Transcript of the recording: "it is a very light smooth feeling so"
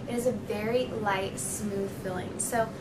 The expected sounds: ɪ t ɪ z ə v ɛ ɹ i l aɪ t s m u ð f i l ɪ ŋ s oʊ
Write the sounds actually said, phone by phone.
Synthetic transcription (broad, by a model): ɪ t ɪ z ə v ɛ ɹ i l aɪ t s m u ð f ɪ l ɪ ŋ s oʊ